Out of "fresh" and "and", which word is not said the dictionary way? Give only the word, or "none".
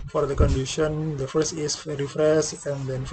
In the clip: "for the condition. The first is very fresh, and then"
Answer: fresh